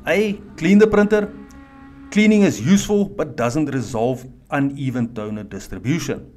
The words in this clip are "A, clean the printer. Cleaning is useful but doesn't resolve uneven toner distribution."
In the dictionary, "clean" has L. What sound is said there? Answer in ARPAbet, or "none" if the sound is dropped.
L